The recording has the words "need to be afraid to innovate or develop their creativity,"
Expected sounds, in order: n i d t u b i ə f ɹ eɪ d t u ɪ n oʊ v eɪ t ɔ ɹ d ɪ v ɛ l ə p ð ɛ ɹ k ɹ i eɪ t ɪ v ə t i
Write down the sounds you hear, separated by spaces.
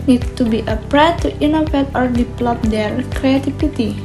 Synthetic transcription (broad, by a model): n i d t u b i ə p ɹ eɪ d t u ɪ n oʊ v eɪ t ɔ ɹ d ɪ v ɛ l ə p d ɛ ɹ k ɹ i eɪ t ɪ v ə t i